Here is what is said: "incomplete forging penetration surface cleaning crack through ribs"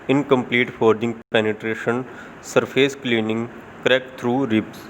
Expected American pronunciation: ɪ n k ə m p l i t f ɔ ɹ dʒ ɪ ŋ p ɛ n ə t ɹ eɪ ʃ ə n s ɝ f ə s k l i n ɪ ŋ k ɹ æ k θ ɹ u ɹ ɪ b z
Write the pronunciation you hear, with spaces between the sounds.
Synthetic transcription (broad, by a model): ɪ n k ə m p l i t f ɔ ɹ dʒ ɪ ŋ p ɛ n ə t ɹ eɪ ʃ ə n s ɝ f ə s k l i n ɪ ŋ k ɹ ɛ k t ɹ u ɹ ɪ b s